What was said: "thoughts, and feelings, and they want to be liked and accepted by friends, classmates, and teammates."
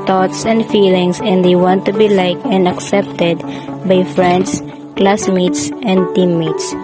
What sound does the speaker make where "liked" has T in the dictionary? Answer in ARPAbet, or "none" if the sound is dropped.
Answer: none